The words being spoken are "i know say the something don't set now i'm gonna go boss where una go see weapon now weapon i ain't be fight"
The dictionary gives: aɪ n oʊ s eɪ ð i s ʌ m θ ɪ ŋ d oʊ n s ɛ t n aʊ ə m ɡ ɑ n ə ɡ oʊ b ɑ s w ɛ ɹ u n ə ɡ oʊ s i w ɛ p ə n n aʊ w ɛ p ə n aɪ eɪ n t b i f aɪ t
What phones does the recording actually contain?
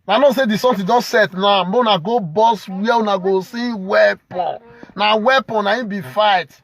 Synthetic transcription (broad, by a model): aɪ n oʊ s eɪ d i s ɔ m t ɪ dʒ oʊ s s ɛ t n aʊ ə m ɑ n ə ɡ oʊ b ɑ s w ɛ u n ə ɡ oʊ s i w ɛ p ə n n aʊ w ɛ p ə n aɪ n b i f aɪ t